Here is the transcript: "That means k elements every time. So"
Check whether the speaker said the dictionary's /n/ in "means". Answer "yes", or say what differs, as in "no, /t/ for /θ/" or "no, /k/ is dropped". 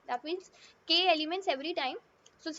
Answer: no, /n/ is dropped